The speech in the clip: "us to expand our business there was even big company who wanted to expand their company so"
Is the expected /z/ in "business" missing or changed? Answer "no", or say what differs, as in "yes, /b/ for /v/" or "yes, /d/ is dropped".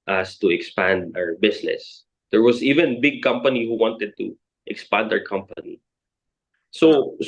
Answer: yes, /s/ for /z/